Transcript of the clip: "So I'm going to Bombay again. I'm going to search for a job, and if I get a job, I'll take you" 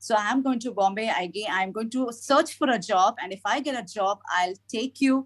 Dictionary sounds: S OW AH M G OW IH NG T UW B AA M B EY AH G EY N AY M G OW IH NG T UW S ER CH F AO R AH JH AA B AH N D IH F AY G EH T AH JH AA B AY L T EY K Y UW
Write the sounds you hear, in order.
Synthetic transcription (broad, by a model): S OW AH M G OW IH NG T UW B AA M B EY AH G EY N AY M G OW IH NG T UW S ER CH F AO R AH JH AA B AH N D IH F AY G EH T AH JH AA B AY L T EY K Y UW